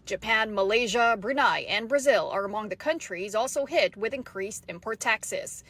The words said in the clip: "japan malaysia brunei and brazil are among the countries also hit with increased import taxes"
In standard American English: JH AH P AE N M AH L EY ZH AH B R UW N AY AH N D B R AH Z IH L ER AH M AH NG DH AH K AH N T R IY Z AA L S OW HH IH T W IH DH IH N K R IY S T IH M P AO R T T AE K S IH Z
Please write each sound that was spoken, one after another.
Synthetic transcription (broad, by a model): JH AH P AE N M AH L EY ZH AH B R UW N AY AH N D B R AH Z IH L ER AH M AH NG DH AH K AH N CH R IY Z AA L S OW HH IH T W IH DH IH N K R IY S T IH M P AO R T T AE K S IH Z